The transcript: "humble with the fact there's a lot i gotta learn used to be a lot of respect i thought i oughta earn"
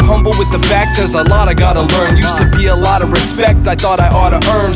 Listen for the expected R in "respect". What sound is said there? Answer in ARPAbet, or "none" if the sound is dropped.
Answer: R